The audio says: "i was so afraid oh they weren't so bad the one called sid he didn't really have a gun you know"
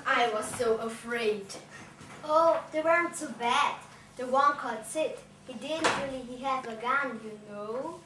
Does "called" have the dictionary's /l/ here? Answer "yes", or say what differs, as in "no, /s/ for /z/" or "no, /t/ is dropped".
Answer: no, /l/ is dropped